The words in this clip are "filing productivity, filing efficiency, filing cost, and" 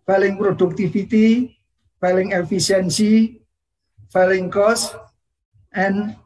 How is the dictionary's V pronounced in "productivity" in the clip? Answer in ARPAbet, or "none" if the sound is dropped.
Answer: F